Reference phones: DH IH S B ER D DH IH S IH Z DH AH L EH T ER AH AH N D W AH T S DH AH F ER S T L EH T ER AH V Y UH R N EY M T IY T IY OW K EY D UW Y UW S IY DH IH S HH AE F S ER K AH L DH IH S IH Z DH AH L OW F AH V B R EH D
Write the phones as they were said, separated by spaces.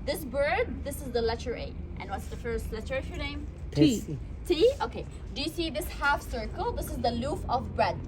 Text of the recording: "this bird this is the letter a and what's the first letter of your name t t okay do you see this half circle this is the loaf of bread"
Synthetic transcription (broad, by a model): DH IH S B ER D DH IH S IH Z DH AH L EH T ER AH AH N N W AH T S DH AH F ER S T L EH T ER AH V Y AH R N EY M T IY T IY OW K EY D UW Y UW S IY DH IH S HH AE F S ER K AH L DH IH S IH Z DH AH L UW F AH V B R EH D